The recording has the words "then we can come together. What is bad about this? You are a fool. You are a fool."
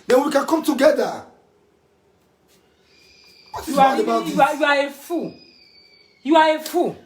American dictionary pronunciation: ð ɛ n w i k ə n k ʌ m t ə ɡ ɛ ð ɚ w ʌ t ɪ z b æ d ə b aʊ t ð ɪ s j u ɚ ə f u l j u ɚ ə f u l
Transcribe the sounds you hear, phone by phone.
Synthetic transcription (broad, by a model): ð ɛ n w i k ə n k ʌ m t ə ɡ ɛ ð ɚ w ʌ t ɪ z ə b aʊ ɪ j u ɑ ə f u j u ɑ ə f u